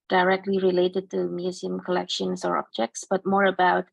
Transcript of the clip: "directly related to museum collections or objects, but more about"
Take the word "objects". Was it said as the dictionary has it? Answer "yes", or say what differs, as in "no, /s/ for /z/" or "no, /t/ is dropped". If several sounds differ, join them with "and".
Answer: yes